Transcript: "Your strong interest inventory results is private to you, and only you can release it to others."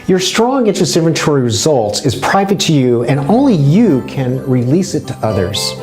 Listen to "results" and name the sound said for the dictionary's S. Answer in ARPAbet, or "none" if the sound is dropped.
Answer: S